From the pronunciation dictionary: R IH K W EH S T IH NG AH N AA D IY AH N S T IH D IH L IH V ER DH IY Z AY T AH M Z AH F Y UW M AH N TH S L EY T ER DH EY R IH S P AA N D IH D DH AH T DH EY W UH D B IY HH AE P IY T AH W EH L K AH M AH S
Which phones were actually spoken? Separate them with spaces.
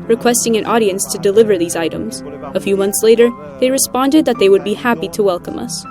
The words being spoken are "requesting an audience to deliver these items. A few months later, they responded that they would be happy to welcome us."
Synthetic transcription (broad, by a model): R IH K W EH S T IH NG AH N AA D IY AH N S T IH D IH L IH V ER DH IY Z AY T AH M Z AH F Y UW M AH N TH S L EY T ER DH EY R IH S P AA N D IH D DH AH T DH EY W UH D B IY HH AE P IY T AH W EH L K AH M AH S